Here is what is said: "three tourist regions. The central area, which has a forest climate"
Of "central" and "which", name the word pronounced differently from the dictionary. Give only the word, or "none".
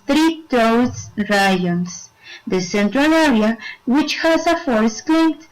none